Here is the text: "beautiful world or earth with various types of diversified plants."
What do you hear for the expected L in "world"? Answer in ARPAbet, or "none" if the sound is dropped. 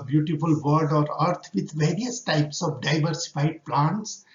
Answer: none